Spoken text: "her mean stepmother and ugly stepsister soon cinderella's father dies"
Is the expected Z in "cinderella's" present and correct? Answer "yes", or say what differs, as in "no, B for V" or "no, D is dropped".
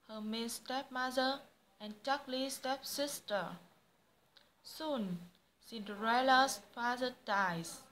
no, S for Z